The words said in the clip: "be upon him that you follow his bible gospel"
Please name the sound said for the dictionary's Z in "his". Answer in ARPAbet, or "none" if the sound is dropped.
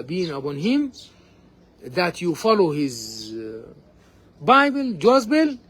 Z